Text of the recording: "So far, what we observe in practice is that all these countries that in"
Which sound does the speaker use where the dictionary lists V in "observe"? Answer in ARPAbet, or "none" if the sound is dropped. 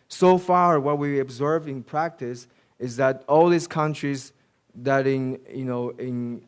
V